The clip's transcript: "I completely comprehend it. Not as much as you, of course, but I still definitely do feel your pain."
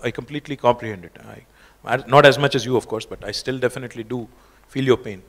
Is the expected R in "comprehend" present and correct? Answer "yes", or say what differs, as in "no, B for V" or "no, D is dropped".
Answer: no, L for R